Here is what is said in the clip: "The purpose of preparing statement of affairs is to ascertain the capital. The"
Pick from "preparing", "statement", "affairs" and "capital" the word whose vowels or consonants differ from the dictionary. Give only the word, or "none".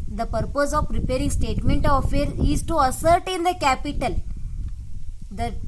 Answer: affairs